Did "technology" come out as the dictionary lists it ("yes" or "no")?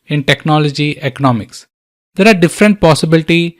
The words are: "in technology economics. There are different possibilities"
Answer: yes